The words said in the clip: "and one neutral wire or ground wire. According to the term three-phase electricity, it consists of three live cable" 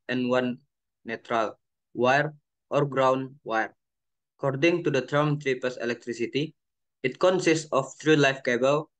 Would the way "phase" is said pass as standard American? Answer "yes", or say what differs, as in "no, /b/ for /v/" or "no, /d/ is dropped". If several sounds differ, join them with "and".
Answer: no, /p/ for /f/ and /s/ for /z/